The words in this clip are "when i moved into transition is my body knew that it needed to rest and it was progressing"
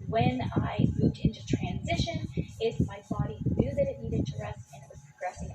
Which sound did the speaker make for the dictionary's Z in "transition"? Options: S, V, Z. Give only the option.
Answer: Z